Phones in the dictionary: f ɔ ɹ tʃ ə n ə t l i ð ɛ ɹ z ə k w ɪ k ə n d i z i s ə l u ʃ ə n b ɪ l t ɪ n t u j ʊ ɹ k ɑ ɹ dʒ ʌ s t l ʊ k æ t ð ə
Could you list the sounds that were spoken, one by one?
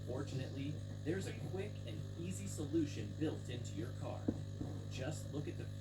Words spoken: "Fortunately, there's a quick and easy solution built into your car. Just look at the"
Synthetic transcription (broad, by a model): f ɔ ɹ tʃ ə n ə t l i ð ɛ ɹ z ə k w ɪ k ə n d i z i s ə l u ʃ ə n b ɪ l t ɪ n t u j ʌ ɹ k ɑ ɹ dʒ ʌ s t l ʊ k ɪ t ð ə